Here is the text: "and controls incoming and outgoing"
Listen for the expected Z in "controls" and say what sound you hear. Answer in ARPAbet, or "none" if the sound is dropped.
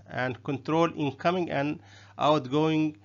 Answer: none